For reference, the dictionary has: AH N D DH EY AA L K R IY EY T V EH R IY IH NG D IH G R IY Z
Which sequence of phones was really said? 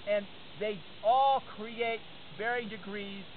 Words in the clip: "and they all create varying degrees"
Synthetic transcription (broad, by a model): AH N DH EY AA L K R IY EY T B EH R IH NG D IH G R IY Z